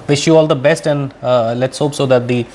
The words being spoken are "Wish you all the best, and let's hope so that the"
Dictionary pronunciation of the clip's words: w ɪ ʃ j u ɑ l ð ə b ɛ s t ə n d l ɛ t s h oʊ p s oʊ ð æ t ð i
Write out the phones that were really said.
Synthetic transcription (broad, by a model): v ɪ ʃ j u ɑ l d ə b ɛ s t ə n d l ɛ t s h oʊ p s oʊ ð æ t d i